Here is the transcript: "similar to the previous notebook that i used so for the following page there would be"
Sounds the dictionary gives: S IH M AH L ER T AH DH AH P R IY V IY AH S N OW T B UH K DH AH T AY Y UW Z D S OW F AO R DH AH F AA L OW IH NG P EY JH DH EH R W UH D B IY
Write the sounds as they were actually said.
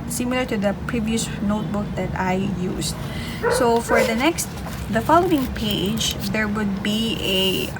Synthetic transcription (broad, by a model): S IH M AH L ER T AH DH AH P R IY V IY AH S N OW T B UH K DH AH T AY Y UW S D S OW F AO R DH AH F AA L OW IH NG P EY JH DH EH R W UH D B IY